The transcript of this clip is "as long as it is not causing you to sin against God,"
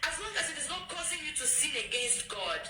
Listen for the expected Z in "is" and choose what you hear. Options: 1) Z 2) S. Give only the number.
2